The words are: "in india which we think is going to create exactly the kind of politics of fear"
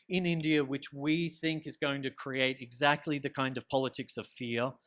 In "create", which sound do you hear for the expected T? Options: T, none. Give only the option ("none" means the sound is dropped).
T